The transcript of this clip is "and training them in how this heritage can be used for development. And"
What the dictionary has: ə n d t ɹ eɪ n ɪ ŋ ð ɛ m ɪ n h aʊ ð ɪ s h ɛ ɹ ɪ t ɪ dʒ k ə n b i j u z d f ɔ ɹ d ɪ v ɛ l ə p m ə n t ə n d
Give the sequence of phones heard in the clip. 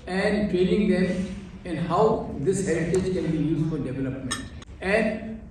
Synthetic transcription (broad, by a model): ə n d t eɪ l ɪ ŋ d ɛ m ɪ n h aʊ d ɪ s h ɛ ɹ ɪ t ɪ dʒ k ə n b i j u z d f ɔ ɹ d ɪ v ɛ l ə p m ə n t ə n d